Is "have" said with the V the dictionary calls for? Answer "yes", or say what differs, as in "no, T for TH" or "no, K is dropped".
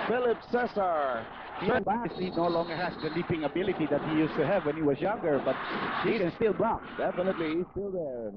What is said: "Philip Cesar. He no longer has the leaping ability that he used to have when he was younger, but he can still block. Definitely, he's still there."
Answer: yes